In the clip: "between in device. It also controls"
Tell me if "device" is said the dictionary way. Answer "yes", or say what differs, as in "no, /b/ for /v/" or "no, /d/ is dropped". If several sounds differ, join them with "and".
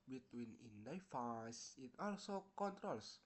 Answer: no, /f/ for /v/